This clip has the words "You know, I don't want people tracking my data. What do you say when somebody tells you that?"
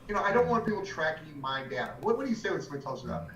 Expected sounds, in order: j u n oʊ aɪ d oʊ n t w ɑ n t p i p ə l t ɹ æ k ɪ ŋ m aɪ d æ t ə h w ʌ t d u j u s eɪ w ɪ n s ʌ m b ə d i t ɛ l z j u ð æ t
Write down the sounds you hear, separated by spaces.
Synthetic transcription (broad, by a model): j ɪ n oʊ aɪ d oʊ n t w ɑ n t p i p l t ɹ æ k ɪ ŋ m aɪ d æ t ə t w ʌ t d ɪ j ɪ s eɪ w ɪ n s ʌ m ə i t ɛ l z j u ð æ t